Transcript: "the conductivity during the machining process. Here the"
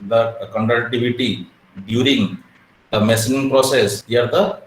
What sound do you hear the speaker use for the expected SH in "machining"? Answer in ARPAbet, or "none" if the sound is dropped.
S